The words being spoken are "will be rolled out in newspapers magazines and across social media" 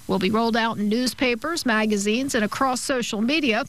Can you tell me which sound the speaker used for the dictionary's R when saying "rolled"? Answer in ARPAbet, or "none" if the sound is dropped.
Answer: R